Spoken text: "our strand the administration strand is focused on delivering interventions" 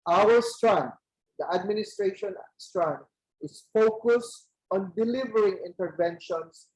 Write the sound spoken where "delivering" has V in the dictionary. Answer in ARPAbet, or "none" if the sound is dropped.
V